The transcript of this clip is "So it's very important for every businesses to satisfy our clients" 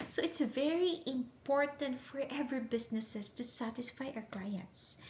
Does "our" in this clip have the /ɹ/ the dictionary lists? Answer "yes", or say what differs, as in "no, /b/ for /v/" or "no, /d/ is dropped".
no, /w/ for /ɹ/